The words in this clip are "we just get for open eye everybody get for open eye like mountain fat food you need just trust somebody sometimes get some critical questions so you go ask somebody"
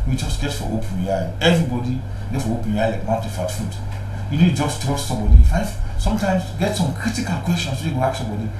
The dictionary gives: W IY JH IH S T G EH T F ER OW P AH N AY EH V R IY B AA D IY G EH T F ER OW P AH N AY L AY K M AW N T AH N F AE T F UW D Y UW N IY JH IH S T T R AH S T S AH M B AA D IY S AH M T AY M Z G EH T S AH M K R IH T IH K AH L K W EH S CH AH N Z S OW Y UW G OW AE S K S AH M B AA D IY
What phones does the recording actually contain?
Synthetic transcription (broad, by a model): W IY JH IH S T G EH T F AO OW P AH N AY EH V R IY B AA D IY G EH T F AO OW P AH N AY L AY K M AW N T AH F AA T F UW D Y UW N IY JH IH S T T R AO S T S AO M B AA D IY S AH M T AY M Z G EH T S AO M K R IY T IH K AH L K W EH S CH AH N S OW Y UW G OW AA K S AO M B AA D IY